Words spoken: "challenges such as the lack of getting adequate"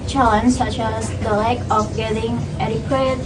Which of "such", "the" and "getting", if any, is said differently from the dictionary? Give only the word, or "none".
none